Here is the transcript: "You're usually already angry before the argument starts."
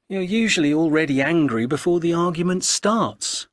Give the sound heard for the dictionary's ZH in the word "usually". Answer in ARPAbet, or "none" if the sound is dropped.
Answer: ZH